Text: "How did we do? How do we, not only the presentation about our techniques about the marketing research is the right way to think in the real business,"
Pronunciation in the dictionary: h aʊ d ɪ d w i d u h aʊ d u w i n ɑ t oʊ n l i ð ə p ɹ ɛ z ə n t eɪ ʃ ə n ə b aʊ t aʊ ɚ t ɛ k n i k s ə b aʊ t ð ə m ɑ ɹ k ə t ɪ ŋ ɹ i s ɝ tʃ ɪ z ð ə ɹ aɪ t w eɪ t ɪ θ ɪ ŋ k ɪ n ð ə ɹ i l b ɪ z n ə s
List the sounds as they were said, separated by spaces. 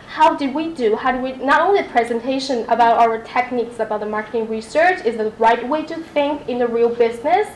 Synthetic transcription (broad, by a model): h aʊ d ɪ d w i d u h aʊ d w i n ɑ t oʊ n l i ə p ɹ ɛ z ə n t eɪ ʃ ə n ə b aʊ t aʊ ɚ t ɛ k n i k s ə b aʊ t ð ə m ɑ ɹ k ə t ɪ ŋ ɹ i s ɝ tʃ ɪ z ð ə ɹ aɪ t w eɪ t ɪ θ ɪ ŋ k ɪ n ð ə ɹ i l b ɪ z n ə s